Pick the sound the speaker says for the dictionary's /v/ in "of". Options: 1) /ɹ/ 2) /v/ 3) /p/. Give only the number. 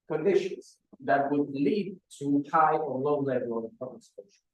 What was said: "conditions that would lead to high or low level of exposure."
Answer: 3